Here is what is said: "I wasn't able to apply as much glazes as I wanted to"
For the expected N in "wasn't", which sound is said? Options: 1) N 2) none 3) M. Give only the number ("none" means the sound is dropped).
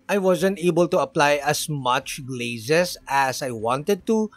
1